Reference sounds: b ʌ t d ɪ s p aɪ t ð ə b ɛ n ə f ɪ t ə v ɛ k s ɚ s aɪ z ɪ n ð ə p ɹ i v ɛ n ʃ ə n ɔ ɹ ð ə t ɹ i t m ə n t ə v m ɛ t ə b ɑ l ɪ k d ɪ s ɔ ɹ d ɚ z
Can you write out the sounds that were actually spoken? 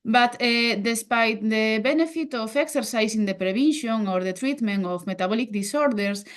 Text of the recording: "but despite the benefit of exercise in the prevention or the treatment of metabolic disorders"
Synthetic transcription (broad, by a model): b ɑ t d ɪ s p aɪ t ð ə b ɛ n ə f ɪ t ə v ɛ k s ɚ s aɪ s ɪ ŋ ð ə p ɹ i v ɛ n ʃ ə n ɔ ɹ ð ə t ɹ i t m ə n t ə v m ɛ t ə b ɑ l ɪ k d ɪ s ɔ ɹ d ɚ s